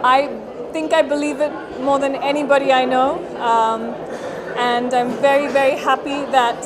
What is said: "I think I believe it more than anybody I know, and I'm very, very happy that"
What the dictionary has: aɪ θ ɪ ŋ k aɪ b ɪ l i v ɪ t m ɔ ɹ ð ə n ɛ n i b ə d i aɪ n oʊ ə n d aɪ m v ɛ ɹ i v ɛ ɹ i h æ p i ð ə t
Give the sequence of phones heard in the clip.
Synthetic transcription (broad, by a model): aɪ θ ɪ ŋ k aɪ b ɪ l i v ɪ t m ɔ ɹ ð ə n ɛ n i b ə d i aɪ n oʊ ə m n aɪ m v ɛ ɹ i v ɛ ɹ i h æ p i ð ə t